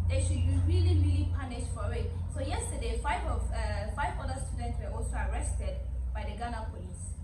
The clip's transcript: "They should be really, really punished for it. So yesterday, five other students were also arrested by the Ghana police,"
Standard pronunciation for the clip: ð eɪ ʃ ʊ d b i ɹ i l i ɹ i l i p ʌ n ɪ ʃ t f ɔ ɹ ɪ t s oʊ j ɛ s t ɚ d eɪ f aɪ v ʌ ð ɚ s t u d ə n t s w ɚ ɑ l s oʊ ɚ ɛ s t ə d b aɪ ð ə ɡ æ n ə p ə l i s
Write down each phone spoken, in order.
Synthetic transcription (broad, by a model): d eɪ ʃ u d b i ɹ i l i ɹ i l i p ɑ n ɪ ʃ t f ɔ w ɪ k s oʊ j ɛ s t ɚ d eɪ f aɪ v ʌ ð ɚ s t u d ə n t s w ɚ ɑ l s oʊ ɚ ɛ s t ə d b aɪ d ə ɡ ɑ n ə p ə l i s